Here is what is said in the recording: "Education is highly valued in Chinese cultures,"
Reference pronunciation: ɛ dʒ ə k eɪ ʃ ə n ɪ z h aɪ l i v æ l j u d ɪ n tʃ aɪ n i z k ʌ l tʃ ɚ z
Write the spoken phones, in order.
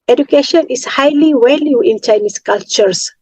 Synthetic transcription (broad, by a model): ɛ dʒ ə k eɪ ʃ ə n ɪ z h aɪ l i w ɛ l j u ɪ n tʃ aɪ n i s k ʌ l tʃ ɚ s